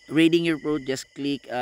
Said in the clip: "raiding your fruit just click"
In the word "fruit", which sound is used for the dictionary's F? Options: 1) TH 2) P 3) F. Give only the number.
2